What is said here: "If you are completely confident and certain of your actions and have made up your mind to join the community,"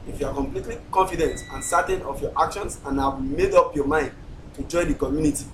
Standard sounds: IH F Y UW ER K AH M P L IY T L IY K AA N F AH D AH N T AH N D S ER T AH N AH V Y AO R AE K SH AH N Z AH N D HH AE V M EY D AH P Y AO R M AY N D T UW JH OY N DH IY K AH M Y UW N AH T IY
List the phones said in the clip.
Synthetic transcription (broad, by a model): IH F Y UW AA K AH M P L IY T L IY K AA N F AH D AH N T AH N S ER T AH N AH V Y AO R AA K SH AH N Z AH N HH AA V M EY D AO P Y AO M AY N D T UW JH OY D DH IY K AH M Y UW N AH T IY